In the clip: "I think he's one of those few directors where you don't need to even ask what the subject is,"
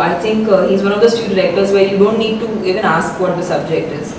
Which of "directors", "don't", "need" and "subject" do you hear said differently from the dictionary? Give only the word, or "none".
directors